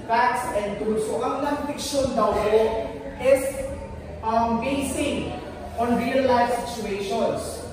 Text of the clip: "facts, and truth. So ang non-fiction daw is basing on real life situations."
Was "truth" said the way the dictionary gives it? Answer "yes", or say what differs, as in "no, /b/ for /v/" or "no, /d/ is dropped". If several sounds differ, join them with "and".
no, /ɹ/ is dropped